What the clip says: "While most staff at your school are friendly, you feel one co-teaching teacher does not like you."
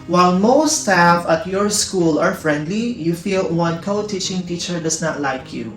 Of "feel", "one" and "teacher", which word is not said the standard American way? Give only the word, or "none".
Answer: none